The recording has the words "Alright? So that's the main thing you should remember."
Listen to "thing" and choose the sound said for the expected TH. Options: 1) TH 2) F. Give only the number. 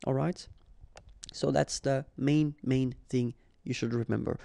1